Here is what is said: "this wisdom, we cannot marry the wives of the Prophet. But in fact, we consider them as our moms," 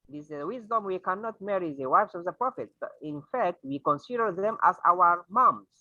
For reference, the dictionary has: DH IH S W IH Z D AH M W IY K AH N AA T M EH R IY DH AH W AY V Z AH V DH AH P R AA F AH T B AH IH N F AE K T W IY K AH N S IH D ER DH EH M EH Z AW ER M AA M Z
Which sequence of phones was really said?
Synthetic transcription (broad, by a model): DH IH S W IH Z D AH M W IY K AH N AA T M EH R IY DH AH W AY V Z AH V DH AH P R AA F AH T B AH IH N F AE K T W IY K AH N S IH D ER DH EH M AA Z AW ER M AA M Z